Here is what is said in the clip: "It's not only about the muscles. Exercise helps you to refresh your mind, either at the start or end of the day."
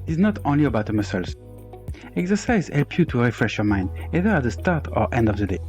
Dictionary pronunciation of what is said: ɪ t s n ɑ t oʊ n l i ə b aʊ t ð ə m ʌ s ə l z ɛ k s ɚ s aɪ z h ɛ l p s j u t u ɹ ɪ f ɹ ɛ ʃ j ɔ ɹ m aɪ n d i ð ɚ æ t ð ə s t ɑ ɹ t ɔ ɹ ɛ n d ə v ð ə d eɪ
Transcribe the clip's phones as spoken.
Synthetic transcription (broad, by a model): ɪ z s n ɑ t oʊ n l i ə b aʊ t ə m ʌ s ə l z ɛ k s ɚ s aɪ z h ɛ l p j u t u ɹ ɪ f ɹ ɛ ʃ j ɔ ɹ m aɪ n d i ð ɚ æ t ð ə s t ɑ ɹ t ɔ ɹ ɛ n d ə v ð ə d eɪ